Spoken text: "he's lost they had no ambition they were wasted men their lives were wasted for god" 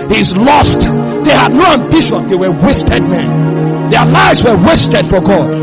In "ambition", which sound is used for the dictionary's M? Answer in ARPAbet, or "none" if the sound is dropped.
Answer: M